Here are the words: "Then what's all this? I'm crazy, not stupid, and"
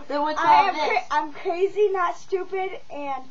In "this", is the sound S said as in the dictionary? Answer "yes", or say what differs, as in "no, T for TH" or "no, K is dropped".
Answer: no, S is dropped